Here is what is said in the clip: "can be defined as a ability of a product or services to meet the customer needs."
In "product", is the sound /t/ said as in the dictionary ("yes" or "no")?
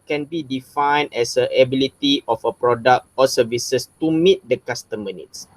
yes